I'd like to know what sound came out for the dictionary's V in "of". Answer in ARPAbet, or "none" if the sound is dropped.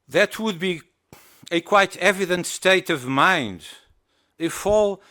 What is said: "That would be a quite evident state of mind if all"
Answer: V